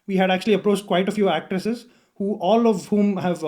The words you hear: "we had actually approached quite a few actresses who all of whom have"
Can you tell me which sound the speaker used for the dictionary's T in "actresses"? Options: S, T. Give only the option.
T